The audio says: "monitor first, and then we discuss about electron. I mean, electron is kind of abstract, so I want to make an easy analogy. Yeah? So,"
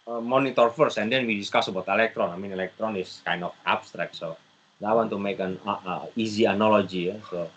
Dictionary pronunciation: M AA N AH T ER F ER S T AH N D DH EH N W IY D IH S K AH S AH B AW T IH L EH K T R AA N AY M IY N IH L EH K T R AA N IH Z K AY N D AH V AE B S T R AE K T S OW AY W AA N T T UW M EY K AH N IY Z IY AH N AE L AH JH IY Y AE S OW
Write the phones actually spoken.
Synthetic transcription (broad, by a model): M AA N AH T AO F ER S AH N D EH N W IY D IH S K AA S AH B AW T IH L EH K T R AA N AY M IY N IH L EH K T R AA N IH S K AY N D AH F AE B S T R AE K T S OW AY W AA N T T UW M EY K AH N IY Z IY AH N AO L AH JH IY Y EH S OW